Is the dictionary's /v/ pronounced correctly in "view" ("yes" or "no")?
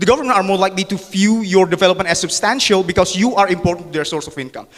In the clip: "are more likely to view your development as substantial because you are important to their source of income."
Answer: no